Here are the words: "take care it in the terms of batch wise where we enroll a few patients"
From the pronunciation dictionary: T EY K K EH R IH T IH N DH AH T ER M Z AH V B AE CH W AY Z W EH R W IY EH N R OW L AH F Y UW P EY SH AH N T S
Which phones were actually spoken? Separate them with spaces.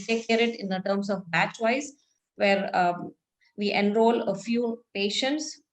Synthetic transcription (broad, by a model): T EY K K EH R IH T IH N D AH T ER M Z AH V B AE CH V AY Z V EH R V IY EH N R OW L AH F Y UW P EY SH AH N T S